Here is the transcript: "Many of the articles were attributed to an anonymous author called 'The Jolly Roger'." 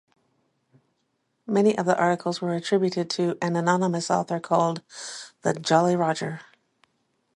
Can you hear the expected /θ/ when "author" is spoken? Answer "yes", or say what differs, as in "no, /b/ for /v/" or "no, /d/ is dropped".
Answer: yes